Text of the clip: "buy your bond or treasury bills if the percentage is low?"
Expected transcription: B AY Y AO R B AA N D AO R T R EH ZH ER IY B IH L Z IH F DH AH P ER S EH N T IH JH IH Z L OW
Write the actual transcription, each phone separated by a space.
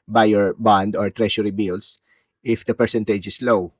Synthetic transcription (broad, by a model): B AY Y AO R B AA N D AO R T R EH SH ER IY B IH L S IH F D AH P ER S EH N T IH JH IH S L OW